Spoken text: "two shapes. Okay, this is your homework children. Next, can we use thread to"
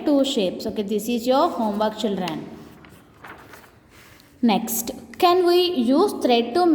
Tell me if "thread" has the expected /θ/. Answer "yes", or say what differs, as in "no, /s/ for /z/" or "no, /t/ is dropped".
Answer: no, /t/ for /θ/